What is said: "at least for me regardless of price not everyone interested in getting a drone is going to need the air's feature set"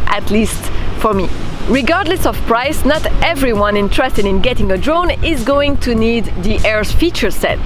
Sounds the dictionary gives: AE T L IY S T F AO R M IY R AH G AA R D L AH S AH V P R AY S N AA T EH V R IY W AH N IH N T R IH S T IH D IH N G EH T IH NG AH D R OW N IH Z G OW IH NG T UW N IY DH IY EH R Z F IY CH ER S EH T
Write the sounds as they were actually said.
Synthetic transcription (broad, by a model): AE T L IY S T F AO R M IY R AH G AA R D L AH S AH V P R AY S N AA T EH V R IY W AH N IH N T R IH S T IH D IH N G EH T IH NG AH D R OW N IH Z G OW IH NG T UW N IY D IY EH R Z F IY CH ER S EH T